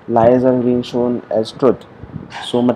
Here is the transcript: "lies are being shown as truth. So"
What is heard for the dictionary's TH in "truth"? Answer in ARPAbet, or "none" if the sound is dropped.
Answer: T